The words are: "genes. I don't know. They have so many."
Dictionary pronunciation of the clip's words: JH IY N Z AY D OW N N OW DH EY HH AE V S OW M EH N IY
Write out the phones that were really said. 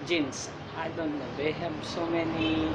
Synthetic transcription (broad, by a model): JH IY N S AY D OW N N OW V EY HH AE B S OW M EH N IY